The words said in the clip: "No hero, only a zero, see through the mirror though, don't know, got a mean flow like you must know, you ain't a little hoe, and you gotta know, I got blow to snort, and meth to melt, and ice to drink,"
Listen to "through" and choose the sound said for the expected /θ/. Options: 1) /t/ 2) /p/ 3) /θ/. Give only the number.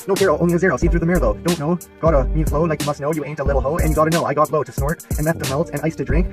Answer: 3